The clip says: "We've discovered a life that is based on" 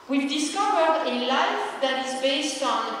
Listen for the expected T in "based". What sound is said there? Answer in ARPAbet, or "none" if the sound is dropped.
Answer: T